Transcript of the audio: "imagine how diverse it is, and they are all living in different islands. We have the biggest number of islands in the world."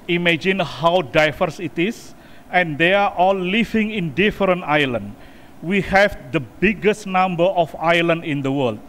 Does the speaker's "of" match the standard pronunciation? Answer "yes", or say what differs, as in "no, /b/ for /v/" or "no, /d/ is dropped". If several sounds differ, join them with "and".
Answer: no, /f/ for /v/